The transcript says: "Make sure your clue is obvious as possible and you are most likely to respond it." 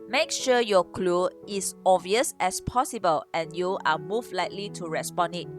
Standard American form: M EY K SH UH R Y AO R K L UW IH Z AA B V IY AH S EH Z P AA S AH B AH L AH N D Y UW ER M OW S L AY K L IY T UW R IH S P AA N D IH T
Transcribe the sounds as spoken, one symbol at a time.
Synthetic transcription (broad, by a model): M EY K SH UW Y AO K L UW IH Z AA V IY AH S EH S P AA S AH B AH L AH N Y UW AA M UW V L AY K L IY T UW R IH S P AA N IH T